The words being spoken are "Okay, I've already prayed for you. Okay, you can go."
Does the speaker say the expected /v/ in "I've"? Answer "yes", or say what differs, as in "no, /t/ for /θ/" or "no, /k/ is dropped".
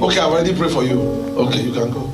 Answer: no, /w/ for /v/